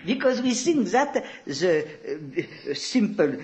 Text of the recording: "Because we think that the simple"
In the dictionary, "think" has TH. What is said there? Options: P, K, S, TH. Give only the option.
S